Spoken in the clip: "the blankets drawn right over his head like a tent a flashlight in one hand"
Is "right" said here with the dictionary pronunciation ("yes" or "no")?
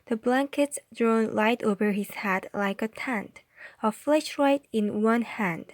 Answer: no